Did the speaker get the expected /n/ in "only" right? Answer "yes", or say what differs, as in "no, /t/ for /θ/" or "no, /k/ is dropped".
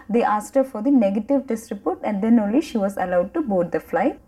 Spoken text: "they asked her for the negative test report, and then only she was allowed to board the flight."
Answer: yes